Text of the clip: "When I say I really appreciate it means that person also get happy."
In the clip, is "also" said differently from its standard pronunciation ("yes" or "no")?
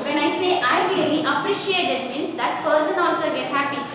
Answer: no